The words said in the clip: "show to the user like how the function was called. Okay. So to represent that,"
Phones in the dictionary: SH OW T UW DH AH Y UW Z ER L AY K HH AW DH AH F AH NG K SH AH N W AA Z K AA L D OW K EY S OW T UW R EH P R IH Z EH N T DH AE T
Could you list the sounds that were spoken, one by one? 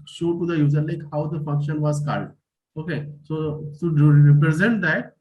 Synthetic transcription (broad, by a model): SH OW T UW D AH Y UW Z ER L AY K HH AW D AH F AH NG K SH AH N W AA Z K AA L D OW K EY S OW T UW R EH P R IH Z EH N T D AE T